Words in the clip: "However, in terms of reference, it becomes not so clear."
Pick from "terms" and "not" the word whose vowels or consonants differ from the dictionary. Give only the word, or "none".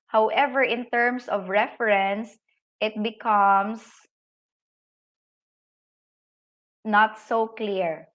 terms